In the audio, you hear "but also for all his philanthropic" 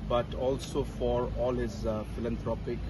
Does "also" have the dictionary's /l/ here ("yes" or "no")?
yes